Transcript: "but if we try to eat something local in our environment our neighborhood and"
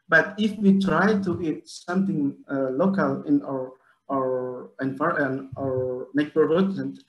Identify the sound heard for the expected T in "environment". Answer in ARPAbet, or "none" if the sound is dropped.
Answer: none